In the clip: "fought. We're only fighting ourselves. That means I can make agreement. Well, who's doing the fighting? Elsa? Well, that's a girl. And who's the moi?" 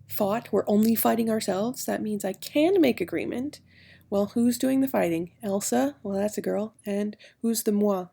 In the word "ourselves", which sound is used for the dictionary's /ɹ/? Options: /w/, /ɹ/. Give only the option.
/ɹ/